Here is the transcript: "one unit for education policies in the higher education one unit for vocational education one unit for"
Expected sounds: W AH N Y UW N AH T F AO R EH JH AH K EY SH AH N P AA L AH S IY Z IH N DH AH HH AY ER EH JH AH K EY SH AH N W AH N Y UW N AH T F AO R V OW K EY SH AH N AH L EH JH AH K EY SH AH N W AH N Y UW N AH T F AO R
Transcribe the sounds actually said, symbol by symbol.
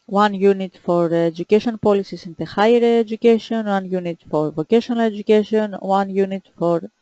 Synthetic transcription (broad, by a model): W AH N Y UW N AH T F AO R EH JH AH K EY SH AH N P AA L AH S IY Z IH N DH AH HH AY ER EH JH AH K EY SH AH N W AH N Y UW N AH T F AO R V OW K EY SH AH N AH L EH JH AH K EY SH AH N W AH N Y UW N AH T F AO R